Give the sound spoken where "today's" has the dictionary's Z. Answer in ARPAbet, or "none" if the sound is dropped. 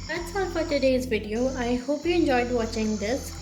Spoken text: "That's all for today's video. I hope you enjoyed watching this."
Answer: Z